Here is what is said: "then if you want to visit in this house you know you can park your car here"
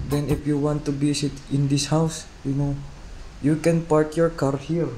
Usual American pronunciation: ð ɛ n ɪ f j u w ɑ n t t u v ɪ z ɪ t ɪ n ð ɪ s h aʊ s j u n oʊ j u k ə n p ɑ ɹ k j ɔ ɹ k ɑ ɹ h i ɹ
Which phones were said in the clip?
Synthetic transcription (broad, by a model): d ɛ n ɪ f j u w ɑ n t t u b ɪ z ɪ t ɪ n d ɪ s h aʊ s j u n oʊ j u k ə n p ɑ ɹ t j ɔ ɹ k ɑ ɹ h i ɹ